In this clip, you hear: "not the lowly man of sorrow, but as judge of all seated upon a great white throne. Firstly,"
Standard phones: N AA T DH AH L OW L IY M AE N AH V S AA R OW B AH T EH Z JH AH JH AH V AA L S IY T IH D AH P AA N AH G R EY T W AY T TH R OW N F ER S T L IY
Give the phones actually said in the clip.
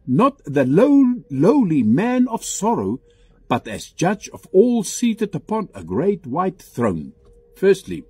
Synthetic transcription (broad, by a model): N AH T DH AH L OW L IY M AE N AH V S AA R OW B AH T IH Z JH AH JH AH V AA L S IY T IH D AH P AA N AH G R EY T W AY T TH R OW N F ER S T L IY